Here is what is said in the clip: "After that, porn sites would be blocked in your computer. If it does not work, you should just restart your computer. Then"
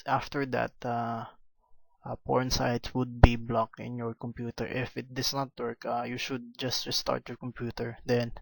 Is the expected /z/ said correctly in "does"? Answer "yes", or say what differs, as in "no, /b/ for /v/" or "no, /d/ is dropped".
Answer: no, /s/ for /z/